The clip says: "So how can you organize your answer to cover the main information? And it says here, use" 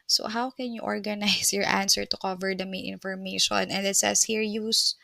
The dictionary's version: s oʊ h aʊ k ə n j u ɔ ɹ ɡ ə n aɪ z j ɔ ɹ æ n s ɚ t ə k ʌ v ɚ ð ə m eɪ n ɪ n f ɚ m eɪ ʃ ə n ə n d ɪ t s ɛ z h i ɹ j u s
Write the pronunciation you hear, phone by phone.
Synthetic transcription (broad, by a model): s oʊ h aʊ k ə n j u ɔ ɹ ɡ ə n aɪ s j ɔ ɹ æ n s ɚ t ə k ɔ v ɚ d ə m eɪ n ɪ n f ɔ m eɪ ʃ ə n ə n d ɪ t s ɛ s h i ɹ j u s